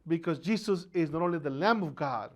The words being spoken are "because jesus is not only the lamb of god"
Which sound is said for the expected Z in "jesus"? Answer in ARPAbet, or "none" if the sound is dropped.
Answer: S